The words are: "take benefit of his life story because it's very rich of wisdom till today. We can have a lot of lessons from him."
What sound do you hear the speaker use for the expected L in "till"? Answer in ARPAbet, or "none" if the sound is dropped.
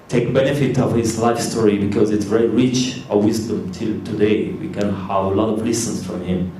L